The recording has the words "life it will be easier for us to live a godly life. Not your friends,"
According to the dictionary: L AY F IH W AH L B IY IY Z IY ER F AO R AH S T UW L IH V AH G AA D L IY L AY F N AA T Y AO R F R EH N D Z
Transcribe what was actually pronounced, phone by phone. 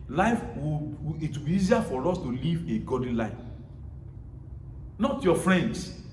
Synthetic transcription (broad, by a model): L AY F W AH W B IY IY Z IY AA F AO R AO S T UW L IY V AH G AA D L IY L AY F N AA T Y AO F R EH N D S